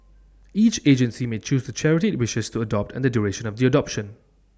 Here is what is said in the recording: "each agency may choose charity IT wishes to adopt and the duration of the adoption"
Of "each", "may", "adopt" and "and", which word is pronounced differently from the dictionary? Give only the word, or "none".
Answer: none